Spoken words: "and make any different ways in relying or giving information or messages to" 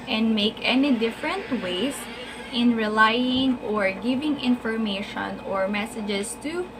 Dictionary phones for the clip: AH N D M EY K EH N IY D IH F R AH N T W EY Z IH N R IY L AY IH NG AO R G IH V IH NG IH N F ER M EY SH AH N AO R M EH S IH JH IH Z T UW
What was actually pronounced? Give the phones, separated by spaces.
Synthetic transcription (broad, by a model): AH N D M EY K EH N IY D IH F R AH N T W EY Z IH N R IY L AY IH NG AO R G IH V IH NG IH N F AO M EY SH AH N AO R M EH S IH JH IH S T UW